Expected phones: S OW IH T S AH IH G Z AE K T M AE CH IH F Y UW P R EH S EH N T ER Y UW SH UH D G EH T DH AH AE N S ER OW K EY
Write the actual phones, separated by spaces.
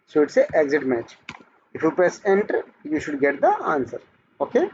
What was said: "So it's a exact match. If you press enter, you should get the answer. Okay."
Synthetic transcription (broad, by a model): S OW IH T S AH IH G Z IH T M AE CH IH F Y UW P R EH S EH N T ER Y UW SH UH D G EH T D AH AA N S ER OW K EY